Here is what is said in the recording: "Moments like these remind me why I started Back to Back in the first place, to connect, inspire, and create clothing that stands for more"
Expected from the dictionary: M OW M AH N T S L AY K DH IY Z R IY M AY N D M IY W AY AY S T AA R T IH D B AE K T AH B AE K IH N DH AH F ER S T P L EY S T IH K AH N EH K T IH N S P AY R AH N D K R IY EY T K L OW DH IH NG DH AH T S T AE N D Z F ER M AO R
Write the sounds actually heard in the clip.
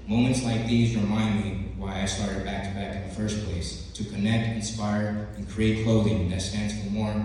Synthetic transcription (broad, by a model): M OW M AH N T S L AY K DH IY Z R IY M AY N D M IY W AY AY S T AA R T IH D B AE K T B AE K IH N DH AH F ER S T P L EY S T IH K AH N EH K T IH N S P AY R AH N K R IY EY T K L OW DH IH NG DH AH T S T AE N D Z F ER M AO R